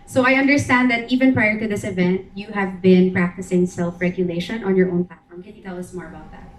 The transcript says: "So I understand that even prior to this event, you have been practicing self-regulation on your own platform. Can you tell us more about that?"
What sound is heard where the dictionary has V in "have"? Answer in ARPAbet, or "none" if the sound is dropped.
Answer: V